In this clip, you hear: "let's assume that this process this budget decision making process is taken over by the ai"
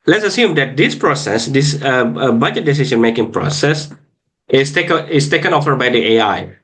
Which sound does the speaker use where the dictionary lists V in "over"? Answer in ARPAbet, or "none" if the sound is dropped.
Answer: F